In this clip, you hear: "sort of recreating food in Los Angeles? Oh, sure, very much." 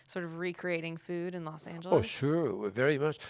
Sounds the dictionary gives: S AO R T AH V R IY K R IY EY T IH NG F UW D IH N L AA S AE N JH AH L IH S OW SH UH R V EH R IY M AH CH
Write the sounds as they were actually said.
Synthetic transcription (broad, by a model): S AO R T AH V R IY K R IY EY T IH NG F UW D IH N L AA S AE N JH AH L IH UH SH UH R V EH R IY M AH CH